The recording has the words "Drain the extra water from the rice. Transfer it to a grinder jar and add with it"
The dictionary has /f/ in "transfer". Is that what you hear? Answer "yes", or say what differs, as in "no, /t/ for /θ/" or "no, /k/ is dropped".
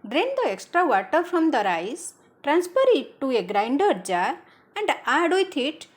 no, /p/ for /f/